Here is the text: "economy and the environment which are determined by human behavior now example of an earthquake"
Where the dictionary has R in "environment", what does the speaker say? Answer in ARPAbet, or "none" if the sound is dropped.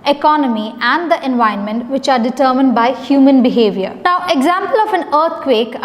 none